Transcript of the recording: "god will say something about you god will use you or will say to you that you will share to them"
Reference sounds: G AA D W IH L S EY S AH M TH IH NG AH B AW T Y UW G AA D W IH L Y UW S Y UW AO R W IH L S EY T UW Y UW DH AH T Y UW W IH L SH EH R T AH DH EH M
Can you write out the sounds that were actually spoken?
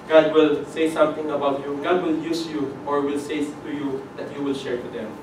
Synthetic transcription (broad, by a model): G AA D W IH L S EY S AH M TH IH NG AH B AW T Y UW G AA D W IH L Y UW S Y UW AO R W IH L S EY T UW Y UW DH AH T Y UW W IH L SH EH R T AH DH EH M